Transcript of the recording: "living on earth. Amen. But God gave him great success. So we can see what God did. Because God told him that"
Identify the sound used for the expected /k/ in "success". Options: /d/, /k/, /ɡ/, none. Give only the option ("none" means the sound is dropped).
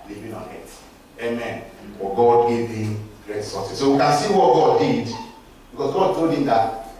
none